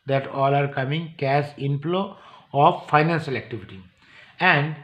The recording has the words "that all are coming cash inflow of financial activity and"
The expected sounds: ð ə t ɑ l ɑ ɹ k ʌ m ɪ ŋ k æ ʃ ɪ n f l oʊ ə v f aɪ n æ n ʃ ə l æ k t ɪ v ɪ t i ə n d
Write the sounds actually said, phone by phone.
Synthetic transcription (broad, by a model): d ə t ɑ l ɑ ɹ k ʌ m ɪ ŋ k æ s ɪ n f l oʊ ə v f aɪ n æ n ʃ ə l æ k t ɪ v ɪ t i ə n d